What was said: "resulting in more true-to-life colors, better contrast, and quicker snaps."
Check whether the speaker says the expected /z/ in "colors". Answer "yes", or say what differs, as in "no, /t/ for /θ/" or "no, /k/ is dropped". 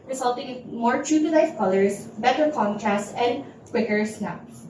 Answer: no, /s/ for /z/